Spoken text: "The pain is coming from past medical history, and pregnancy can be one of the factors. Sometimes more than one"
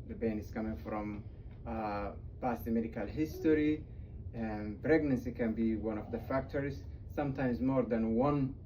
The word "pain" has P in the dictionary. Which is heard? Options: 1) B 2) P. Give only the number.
1